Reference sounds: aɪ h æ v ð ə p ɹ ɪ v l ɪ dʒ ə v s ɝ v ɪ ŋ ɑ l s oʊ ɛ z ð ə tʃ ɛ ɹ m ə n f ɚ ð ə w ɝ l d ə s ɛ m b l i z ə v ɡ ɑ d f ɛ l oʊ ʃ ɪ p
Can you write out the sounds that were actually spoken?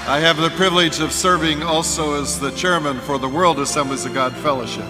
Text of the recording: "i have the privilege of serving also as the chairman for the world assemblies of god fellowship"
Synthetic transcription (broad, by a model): aɪ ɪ v ð ə p ɹ ɪ v l ɪ dʒ ə v s ɝ v ɪ ŋ ɑ l s oʊ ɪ z ð ə tʃ ɛ ɹ m ə n f ɚ ð ə w ɝ l d ə s ɛ m b l i z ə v ɡ ɑ d f ɛ l oʊ ʃ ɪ p